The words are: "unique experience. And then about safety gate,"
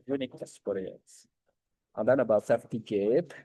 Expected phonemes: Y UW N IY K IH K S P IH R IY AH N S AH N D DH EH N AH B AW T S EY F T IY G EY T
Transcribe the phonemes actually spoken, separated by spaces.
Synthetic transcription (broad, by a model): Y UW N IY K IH S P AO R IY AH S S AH N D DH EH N AH B AW T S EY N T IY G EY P